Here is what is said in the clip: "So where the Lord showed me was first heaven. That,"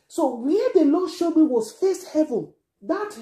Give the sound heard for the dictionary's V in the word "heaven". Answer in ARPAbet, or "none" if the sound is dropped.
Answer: V